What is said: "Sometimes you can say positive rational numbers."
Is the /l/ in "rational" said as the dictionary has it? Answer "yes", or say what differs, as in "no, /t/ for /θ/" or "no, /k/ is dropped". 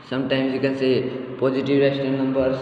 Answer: no, /n/ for /l/